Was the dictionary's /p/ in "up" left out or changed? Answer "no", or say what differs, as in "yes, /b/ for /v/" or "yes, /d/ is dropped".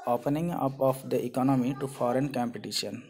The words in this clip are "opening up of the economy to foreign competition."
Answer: no